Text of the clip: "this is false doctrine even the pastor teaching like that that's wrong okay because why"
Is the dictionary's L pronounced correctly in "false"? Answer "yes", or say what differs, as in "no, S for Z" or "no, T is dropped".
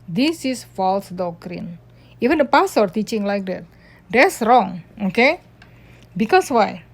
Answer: yes